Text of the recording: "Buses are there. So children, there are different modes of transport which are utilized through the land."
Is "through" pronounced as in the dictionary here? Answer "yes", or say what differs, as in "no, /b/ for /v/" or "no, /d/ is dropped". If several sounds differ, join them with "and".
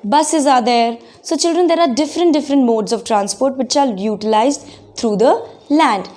no, /t/ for /θ/